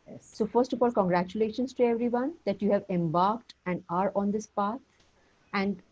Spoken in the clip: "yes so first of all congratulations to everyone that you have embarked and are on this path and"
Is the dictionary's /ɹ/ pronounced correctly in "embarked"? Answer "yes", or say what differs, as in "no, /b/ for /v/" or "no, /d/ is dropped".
yes